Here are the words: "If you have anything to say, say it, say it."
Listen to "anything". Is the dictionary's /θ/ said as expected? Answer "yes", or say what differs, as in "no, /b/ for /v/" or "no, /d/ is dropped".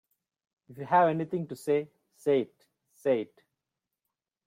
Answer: no, /t/ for /θ/